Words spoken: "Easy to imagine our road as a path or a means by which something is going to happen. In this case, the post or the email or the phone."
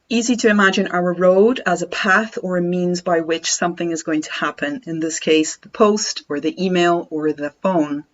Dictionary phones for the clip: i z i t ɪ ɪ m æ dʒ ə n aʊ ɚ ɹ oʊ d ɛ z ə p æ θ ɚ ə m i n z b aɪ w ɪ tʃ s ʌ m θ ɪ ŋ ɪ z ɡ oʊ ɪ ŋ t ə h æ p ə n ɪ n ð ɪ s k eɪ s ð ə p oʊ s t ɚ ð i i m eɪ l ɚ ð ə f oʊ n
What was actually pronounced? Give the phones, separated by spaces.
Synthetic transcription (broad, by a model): i z i t ɪ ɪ m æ dʒ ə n aʊ ɚ ɹ oʊ d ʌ z ə p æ θ ɚ ə m i n z b aɪ w ɪ tʃ s ʌ m θ ɪ ŋ ɪ z ɡ oʊ ɪ ŋ t ə h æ p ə n ɪ n ð ɪ s k eɪ s ð ə p oʊ s t ɚ ð i i m eɪ l ɚ ð ə f oʊ n